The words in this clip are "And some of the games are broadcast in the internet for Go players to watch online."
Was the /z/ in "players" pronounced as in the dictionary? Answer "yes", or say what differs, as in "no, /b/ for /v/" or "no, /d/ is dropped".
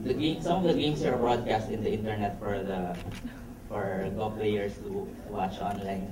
no, /s/ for /z/